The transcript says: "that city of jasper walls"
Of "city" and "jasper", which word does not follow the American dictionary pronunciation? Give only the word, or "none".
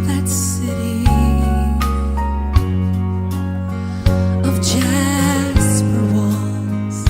jasper